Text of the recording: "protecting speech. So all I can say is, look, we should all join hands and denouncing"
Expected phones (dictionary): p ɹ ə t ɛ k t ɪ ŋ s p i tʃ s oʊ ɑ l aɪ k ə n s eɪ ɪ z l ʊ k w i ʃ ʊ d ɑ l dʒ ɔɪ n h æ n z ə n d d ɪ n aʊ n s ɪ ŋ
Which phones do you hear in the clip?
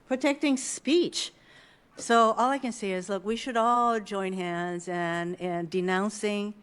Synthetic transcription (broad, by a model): p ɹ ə t ɛ k t ɪ ŋ s p i tʃ s oʊ ɑ l aɪ k ə n s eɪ ɪ z l ʊ k w i ʃ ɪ d ɑ l dʒ ɔɪ n h æ n z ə n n d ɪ n aʊ n s ɪ ŋ